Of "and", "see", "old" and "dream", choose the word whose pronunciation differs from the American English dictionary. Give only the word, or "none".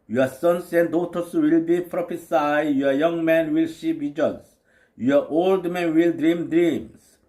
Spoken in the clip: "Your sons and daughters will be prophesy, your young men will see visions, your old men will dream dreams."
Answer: see